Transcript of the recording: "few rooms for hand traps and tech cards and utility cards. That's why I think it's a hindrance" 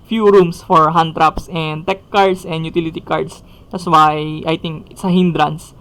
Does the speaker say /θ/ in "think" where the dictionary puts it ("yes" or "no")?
no